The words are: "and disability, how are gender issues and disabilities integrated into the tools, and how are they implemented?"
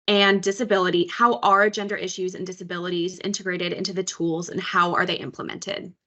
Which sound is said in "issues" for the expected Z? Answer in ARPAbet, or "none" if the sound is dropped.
Z